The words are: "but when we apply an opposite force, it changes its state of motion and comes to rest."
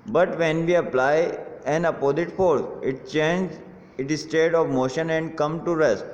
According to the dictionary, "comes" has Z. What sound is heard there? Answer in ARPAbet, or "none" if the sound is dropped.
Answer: none